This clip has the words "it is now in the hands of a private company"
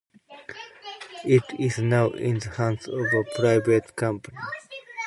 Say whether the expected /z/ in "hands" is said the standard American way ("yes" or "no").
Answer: no